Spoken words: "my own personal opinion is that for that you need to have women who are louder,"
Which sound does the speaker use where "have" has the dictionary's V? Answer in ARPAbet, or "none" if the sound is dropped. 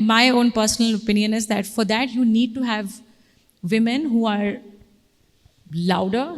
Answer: V